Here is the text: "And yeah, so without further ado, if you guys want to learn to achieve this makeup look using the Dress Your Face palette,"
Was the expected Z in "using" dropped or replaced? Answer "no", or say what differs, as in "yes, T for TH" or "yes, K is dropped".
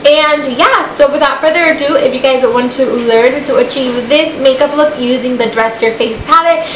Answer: no